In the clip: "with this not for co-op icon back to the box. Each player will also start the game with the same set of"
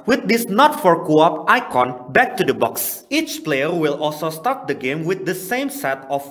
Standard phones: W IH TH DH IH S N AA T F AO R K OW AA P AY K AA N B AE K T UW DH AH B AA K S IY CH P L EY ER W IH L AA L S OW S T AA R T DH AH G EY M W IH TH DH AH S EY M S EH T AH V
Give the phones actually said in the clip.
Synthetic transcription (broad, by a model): W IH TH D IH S N AA T F AO R K OW AA P AY K AA N B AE K T UW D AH B AA K S IY CH P L EY ER W IH L AA L S OW S T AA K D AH G EY M W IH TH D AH S EY M S EH T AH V